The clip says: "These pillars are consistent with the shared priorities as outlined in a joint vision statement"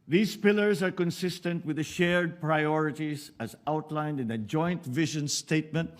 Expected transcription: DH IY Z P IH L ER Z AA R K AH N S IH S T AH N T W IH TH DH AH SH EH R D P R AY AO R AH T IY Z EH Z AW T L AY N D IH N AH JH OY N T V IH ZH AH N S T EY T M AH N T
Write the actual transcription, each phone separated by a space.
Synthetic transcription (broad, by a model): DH IY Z P IH L ER Z AA R K AH N S IH S T AH N T W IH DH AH SH EH R D P R AY AO R AH T IY Z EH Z AW T L AY N D IH N AH JH OY N T V IH ZH AH N S T EY T M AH N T